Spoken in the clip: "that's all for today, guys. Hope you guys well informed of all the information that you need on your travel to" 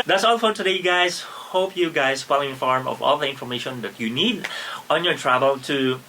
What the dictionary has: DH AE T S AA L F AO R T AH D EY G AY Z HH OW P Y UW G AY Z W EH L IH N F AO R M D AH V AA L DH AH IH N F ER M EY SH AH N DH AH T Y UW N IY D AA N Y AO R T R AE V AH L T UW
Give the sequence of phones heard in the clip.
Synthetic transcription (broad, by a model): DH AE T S AA L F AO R T AH D EY G AY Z HH OW P Y UW G AY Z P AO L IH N F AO R M AH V AA L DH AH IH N F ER M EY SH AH N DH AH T Y UW N IY D AA N Y AO R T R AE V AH L T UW